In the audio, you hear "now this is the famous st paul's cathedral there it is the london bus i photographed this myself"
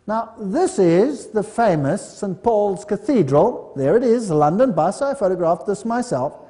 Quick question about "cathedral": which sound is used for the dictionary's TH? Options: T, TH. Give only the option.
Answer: TH